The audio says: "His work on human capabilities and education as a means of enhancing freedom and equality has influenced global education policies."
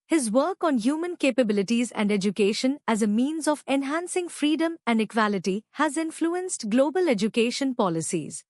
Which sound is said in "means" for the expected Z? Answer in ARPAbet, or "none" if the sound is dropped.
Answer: Z